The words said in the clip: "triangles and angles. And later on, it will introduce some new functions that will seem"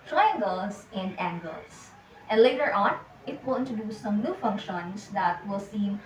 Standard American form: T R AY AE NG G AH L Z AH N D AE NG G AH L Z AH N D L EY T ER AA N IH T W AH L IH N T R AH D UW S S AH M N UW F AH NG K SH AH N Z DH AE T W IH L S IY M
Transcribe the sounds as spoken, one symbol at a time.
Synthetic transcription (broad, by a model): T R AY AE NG G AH L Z AH N D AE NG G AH L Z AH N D L EY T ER AA N IH T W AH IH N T AH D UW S S AH M N UW F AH NG K SH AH N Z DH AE T W IH L S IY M